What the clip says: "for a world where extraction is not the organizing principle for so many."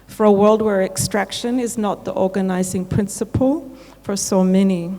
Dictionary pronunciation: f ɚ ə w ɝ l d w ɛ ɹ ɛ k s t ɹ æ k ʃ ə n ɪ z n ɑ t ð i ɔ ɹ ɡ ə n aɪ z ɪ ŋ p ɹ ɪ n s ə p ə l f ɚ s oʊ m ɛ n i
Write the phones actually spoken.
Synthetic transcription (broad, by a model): f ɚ ə w ɝ l d w ɛ ɹ ɛ k s t ɹ æ k ʃ ə n ɪ z n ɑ t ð i ɔ ɹ ɡ ə n aɪ z ɪ ŋ p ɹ ɪ n s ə p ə l f ɚ s oʊ m ɛ n i